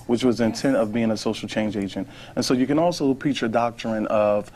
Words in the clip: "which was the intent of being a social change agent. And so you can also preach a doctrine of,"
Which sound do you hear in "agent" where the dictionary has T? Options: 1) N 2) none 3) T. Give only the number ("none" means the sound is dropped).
3